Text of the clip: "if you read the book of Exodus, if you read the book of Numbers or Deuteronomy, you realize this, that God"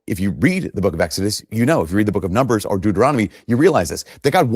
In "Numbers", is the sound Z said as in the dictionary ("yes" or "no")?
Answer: yes